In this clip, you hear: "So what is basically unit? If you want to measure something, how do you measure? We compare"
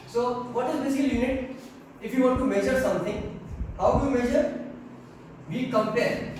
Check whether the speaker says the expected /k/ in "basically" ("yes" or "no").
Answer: no